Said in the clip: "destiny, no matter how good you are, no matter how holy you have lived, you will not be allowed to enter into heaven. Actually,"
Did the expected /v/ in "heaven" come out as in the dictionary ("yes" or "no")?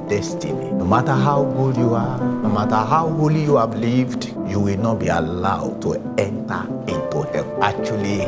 no